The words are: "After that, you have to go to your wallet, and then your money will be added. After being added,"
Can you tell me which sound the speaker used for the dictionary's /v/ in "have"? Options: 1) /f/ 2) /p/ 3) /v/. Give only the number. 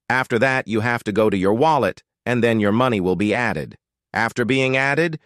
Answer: 1